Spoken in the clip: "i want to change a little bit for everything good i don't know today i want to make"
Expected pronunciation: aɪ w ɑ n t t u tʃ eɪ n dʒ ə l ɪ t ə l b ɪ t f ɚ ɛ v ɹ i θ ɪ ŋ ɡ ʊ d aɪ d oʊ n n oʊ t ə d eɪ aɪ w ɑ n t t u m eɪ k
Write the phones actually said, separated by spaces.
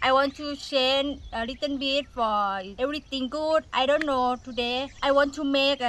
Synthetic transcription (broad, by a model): aɪ w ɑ n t t u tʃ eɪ n ə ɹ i t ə n b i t f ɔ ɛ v ɹ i t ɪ ŋ ɡ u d aɪ d oʊ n n oʊ t ə d eɪ aɪ w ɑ n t t u m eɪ k